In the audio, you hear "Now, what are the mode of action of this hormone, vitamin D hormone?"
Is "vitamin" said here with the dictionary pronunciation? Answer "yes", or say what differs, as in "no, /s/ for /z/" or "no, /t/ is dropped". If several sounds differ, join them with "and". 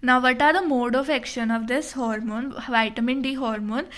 yes